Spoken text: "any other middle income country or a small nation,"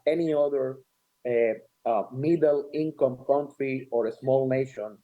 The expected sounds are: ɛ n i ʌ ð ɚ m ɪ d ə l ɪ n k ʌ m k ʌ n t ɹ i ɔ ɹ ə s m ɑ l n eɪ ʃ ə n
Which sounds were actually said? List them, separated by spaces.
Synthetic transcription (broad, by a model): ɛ n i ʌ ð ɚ m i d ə l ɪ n k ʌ m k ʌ n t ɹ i ɔ ɹ ə s m ɑ l n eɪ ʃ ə n